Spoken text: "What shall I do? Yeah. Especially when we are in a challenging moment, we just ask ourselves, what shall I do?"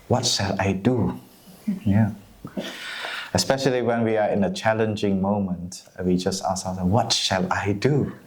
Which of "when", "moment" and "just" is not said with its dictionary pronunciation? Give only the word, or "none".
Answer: none